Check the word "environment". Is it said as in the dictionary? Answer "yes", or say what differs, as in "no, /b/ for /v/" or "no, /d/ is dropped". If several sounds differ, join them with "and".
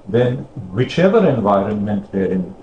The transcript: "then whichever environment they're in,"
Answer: yes